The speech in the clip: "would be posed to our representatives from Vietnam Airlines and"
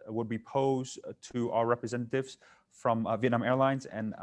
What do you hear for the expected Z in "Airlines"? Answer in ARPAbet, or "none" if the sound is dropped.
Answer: Z